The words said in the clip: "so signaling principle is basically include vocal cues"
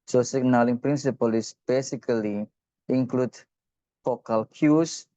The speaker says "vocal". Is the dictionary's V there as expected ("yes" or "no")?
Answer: no